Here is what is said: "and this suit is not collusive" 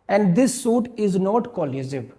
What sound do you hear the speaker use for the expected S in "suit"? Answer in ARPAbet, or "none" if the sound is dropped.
S